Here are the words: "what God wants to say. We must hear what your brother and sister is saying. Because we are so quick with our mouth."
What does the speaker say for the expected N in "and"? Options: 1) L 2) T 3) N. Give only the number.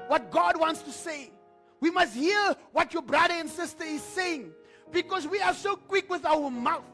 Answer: 3